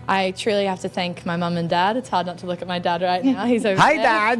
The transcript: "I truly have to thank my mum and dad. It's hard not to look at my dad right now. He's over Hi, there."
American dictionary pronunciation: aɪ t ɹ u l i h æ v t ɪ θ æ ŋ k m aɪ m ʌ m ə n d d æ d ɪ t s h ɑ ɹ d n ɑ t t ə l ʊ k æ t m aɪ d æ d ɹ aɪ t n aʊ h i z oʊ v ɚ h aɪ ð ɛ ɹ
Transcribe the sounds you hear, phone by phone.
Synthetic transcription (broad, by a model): aɪ t ɹ u l i h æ f t ɪ θ æ ŋ k m aɪ m ʌ m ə n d d æ d ɪ t s h ɑ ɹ d n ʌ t t ə l ʊ k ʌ t m aɪ d æ d ɹ aɪ t n aʊ h i z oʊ ʊ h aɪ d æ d